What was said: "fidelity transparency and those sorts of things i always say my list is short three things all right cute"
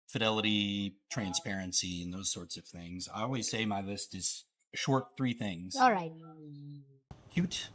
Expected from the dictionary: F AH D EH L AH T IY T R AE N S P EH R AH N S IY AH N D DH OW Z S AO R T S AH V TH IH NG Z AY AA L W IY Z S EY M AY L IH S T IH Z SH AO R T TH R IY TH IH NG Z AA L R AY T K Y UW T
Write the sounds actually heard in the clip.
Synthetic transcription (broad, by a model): F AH D EH L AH T IY T R AE N S P EH R AH N S IY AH N DH OW Z S AO R T S AH V TH IH NG Z AY AA L W IY Z S EY M AY L IH S T IH Z SH AO R T TH R IY TH IH NG Z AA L R AY T K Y UW T